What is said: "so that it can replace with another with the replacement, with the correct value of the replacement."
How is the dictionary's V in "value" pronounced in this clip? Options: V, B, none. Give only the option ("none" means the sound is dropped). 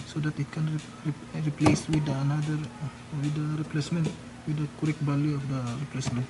B